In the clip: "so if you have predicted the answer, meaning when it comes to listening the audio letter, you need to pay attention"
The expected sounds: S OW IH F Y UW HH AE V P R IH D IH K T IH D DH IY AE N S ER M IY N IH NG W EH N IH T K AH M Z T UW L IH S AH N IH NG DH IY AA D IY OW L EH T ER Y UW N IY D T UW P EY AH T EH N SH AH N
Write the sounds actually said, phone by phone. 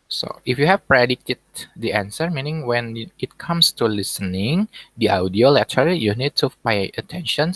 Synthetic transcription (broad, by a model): S OW IH F Y UW HH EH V P R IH D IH T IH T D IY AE N S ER M IY N IH NG W EH N IH T K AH M S T UW L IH S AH N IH NG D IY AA D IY OW L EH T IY Y UW N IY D T UW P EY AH T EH N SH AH N